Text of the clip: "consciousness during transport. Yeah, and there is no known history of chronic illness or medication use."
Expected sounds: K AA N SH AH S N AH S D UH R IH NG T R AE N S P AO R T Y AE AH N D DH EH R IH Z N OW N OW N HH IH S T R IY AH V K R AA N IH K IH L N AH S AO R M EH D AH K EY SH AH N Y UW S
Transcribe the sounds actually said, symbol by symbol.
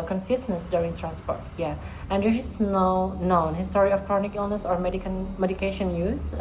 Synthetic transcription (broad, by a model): K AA N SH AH S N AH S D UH R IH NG T R AE N S P AO R T Y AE AH N D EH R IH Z N OW N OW N HH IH S T R IY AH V K R AA N IH K IH L N AH S AO R M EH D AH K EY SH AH N Y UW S